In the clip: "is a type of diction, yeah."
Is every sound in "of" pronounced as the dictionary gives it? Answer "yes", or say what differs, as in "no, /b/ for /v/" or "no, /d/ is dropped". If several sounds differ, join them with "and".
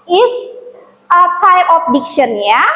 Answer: no, /p/ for /v/